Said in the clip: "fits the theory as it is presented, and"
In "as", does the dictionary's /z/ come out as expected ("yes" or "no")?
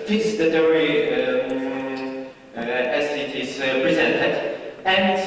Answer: no